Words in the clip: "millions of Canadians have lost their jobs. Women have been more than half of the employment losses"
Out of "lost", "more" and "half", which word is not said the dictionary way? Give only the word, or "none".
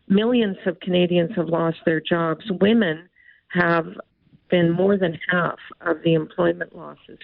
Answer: none